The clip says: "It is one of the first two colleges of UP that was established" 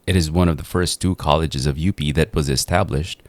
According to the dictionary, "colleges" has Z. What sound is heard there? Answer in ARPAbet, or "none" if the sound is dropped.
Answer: Z